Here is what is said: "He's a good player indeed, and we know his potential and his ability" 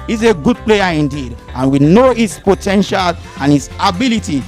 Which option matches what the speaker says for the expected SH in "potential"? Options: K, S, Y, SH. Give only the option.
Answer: SH